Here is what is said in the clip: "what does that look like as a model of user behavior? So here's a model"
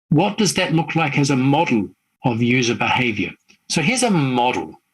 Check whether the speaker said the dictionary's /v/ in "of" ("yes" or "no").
yes